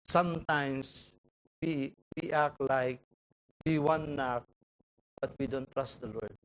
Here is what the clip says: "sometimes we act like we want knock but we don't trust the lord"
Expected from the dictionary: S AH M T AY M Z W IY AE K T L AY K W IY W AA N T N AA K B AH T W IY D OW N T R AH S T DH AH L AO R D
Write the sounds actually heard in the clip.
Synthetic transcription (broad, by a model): S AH M T AY M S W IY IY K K L AY K W IY W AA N N AA K B AH T W IY D OW N T R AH S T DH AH L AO R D